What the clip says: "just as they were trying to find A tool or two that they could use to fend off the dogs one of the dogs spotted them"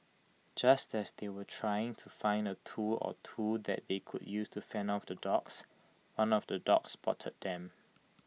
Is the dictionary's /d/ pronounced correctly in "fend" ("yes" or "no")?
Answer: no